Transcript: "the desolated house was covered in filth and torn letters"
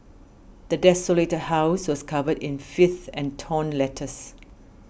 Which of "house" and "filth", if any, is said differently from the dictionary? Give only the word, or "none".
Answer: filth